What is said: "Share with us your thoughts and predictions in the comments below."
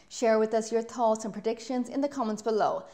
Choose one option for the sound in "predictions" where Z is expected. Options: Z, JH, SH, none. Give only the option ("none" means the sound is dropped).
Z